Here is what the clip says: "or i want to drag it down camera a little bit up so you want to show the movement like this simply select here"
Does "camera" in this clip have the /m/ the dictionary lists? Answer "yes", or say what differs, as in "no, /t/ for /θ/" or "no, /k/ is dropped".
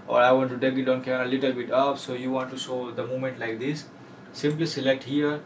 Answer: no, /m/ is dropped